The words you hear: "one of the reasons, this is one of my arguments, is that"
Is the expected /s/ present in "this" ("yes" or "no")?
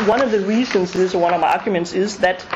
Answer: no